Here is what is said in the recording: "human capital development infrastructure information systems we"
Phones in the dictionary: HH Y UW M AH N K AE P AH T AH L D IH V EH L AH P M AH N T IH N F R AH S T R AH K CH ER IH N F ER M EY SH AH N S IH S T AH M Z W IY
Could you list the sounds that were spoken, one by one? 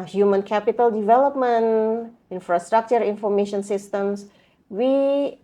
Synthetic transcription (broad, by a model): HH Y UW M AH N K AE P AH T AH L D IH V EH L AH P M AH N IH N F R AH S T R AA K CH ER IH N F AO M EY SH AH N S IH S T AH M S W IY